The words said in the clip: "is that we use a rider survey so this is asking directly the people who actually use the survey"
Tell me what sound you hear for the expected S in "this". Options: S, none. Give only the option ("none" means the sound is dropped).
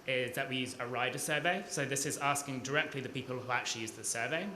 S